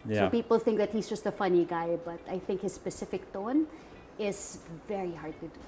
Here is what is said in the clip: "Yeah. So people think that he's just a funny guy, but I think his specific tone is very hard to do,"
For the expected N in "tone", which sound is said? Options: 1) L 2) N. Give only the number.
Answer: 2